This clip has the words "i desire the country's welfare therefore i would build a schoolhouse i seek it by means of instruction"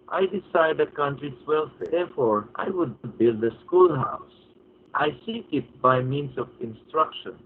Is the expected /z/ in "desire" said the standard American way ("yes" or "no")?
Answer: no